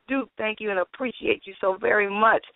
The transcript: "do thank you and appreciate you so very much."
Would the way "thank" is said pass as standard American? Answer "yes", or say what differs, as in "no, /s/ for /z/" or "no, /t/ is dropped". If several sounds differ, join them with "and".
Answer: yes